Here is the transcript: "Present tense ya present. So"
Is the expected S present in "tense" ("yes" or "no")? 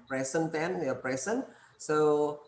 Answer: no